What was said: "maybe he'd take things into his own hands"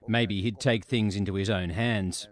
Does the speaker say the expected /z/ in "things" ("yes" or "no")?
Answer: yes